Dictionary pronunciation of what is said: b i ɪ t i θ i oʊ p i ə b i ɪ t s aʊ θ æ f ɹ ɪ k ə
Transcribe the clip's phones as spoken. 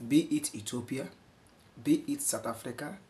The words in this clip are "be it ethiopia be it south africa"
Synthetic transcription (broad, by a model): b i ɪ t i t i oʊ p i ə b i ɪ t s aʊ t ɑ f ɹ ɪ k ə